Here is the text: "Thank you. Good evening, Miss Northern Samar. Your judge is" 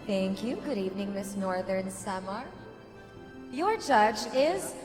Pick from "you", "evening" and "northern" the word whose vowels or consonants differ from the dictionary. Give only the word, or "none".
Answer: none